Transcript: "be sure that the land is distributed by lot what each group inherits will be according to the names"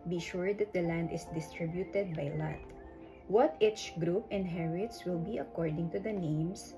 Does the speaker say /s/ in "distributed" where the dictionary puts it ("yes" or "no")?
yes